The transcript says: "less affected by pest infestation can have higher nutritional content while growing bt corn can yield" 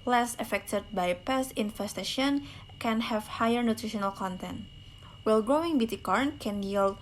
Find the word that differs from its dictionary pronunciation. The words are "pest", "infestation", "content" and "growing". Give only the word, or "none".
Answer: pest